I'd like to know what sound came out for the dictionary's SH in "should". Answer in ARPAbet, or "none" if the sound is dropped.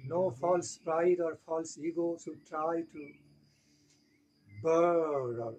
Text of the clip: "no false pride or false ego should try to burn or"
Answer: S